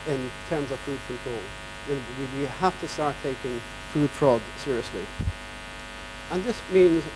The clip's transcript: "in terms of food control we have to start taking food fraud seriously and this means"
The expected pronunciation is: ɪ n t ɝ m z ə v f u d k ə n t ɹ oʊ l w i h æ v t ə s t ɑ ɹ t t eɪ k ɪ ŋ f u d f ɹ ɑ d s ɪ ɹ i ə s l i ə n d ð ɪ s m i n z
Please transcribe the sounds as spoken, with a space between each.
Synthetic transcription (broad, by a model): ɪ n t ɝ m z ə v f u d k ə n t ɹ oʊ l w i h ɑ f t ə s t ɑ ɹ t t eɪ k ɪ ŋ f u d f ɹ ɑ d s ɪ ɹ i ə s l i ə n ð ɪ s m i n z